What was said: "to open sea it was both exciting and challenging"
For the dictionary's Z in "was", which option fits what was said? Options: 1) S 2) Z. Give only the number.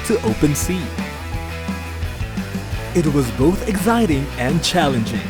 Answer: 2